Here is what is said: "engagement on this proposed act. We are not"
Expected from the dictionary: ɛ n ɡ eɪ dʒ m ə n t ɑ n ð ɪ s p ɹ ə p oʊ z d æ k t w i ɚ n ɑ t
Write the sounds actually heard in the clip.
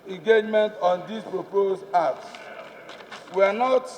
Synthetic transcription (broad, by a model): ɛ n ɡ eɪ dʒ m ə n t ɑ n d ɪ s p ɹ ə p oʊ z ɑ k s w i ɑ n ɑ t